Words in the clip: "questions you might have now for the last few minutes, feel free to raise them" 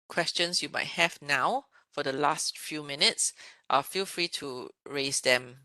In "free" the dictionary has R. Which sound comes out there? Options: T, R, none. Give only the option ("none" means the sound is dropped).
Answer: R